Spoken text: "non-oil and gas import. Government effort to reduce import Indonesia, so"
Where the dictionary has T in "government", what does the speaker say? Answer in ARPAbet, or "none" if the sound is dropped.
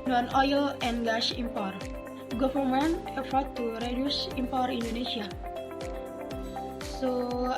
none